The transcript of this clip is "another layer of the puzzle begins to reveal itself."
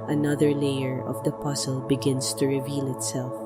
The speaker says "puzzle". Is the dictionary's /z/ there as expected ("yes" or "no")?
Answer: no